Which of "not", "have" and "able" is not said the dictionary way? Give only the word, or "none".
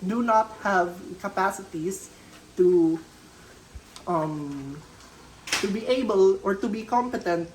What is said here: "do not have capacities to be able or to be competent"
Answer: none